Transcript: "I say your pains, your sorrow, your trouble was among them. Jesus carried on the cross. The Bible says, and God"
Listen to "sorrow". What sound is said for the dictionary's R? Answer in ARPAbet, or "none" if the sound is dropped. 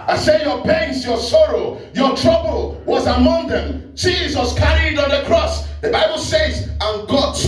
R